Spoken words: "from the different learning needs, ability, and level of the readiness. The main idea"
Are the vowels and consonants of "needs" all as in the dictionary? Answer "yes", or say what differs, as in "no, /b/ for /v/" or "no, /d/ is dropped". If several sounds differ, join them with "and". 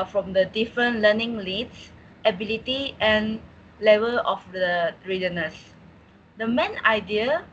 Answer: no, /l/ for /n/